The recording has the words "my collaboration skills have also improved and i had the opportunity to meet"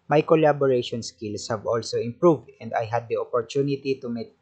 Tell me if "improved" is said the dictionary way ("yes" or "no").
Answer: yes